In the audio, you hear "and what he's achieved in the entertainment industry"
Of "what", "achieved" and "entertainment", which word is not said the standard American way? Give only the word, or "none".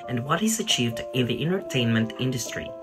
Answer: none